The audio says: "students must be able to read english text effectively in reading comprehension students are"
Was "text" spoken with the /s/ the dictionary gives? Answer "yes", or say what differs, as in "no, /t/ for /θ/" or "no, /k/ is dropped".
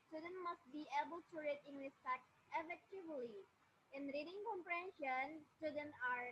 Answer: no, /s/ is dropped